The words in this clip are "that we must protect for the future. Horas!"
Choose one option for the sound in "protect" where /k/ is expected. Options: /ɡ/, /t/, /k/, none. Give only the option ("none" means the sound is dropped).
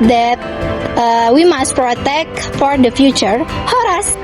/k/